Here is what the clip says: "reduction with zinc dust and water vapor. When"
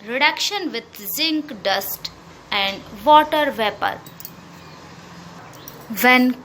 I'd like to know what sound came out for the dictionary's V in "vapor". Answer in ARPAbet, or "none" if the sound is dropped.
V